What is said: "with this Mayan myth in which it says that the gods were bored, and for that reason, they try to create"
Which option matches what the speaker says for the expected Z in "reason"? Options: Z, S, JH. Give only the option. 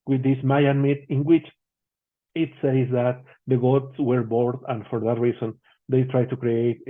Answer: S